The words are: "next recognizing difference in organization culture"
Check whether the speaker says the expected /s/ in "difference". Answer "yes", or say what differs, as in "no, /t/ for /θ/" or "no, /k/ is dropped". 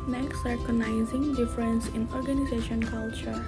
yes